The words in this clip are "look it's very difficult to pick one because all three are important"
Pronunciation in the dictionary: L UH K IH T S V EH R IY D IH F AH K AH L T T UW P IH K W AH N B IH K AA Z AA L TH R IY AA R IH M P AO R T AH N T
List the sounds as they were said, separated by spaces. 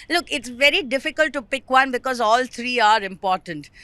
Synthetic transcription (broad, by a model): L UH K IH T S V EH R IY D IH F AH K AH L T T UW P IH K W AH N B IH K AA Z AA L T R IY AA R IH M P AO R T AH N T